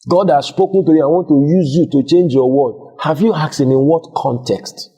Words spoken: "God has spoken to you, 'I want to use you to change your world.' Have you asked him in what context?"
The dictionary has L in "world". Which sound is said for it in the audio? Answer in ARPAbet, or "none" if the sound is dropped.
none